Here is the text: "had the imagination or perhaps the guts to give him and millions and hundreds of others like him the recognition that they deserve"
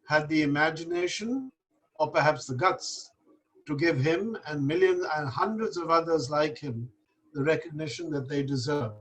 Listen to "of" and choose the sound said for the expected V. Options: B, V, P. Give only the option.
V